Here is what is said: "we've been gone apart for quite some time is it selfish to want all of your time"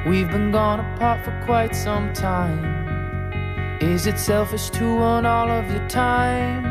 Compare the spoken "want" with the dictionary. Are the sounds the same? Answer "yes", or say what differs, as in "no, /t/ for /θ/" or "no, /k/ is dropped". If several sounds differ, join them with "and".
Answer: no, /t/ is dropped